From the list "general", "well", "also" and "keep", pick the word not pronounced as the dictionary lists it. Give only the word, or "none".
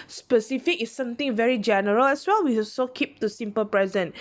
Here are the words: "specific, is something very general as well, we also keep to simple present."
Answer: also